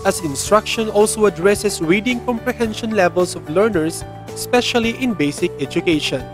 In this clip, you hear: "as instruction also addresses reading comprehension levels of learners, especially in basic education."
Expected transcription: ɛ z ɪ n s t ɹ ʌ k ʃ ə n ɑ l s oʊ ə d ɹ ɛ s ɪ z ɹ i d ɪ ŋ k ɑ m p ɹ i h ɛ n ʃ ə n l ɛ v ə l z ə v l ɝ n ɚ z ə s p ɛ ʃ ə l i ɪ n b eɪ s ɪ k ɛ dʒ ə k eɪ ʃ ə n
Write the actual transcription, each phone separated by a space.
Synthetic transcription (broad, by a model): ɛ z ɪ n s t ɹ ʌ k ʃ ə n ɑ l s oʊ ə d ɹ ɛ s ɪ s ɹ i d ɪ ŋ k ɑ m p ɹ i h ɛ n ʃ ə n l ɛ v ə l s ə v l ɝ n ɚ s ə s p ɛ ʃ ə l i ɪ n b eɪ s ɪ k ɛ dʒ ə k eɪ ʃ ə n